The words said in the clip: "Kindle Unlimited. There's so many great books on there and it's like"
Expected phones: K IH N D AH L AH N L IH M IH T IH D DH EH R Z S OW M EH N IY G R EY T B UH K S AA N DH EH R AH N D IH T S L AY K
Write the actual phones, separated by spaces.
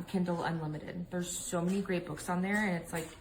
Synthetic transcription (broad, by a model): K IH N D L AH N L IH M IH T IH D DH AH R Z S OW M EH N IY G R EY T B UH K S N DH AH R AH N IH T S L AY K